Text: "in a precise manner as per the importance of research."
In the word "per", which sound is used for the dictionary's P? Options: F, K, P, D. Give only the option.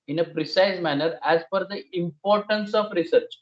F